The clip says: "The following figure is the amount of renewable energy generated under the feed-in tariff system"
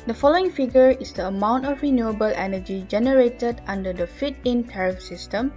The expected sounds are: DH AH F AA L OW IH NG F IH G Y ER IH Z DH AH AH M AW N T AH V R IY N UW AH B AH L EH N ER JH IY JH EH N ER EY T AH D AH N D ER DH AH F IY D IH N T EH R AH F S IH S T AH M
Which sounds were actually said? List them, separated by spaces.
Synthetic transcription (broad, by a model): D AH F AA L OW IH NG F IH G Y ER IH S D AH AH M AW N T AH F R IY N UW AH B AH L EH N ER JH IY JH EH N ER EY T AH D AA N D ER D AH F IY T IH N T EH R AH F S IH S T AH M